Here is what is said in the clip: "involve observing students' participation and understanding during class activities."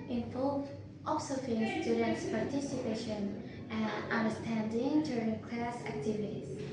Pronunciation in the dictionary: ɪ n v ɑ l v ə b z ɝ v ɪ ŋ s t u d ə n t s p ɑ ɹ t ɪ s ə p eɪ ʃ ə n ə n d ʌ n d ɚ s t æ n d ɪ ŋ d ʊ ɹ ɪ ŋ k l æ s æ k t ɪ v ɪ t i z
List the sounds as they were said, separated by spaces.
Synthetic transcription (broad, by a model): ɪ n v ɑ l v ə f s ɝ f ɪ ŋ s t u d ə n t s p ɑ ɹ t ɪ s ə p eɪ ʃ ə n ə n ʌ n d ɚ s t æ n d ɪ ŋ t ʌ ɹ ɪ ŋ k l æ s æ k t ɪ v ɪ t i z